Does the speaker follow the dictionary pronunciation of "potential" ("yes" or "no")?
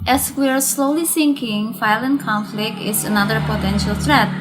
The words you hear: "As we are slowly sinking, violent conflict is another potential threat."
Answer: yes